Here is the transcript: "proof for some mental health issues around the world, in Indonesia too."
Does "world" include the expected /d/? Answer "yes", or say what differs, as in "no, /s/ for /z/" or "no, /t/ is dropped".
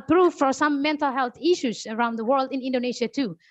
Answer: yes